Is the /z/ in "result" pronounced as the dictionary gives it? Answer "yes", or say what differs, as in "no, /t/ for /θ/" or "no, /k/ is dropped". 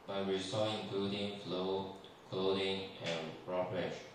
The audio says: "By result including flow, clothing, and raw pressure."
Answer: no, /s/ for /z/